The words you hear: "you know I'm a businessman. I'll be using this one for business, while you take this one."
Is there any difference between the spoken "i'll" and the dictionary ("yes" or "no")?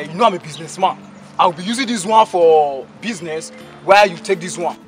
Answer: yes